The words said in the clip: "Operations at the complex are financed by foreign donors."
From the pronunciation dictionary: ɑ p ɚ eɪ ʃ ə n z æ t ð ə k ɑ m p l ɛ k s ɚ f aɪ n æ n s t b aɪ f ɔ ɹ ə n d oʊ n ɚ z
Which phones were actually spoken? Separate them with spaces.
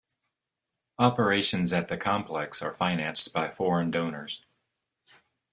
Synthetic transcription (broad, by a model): ɑ p ɚ eɪ ʃ ə n z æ t ð ə k ɑ m p l ɛ k s ɚ f aɪ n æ n s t b aɪ f ɔ ɹ ə n d oʊ n ɚ z